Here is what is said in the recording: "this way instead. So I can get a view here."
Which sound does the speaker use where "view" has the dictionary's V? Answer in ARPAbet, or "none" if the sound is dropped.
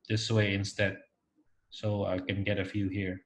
F